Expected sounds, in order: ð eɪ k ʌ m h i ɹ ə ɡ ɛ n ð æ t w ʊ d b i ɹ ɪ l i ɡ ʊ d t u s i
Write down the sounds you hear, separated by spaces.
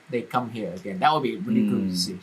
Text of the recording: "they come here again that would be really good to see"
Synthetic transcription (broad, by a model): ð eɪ k ʌ m h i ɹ ə ɡ ɛ n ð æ t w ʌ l b i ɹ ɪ n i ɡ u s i